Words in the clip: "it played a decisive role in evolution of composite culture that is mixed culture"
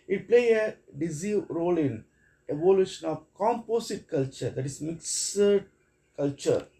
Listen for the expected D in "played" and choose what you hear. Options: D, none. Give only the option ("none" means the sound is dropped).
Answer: none